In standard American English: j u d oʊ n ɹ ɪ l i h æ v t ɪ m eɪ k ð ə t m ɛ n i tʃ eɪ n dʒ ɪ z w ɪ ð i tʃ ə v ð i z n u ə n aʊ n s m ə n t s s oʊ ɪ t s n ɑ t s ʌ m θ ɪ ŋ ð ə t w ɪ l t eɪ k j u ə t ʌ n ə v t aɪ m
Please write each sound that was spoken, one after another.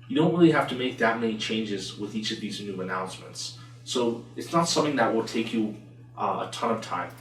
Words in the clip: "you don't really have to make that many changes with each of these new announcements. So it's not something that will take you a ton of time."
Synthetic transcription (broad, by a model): j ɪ d oʊ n ɹ ɪ l i h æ f t ɪ m eɪ k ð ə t m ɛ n i tʃ eɪ n dʒ ɪ z w ɪ ð i tʃ ə v ð i z n u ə n aʊ n s m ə n t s s oʊ ɪ t s n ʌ t s ʌ m θ ɪ ŋ ð ə t w ɪ l t eɪ k j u ə t ʌ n ə v t aɪ m